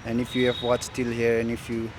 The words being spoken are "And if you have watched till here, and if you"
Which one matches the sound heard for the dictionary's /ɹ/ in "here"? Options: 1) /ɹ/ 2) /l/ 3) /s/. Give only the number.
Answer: 1